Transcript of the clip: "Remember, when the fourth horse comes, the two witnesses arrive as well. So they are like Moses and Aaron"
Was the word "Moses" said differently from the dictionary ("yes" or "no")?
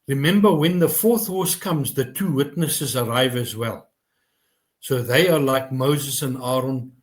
no